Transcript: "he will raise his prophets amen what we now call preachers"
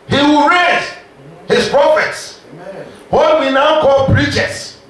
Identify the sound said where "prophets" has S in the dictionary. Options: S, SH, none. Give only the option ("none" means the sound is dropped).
S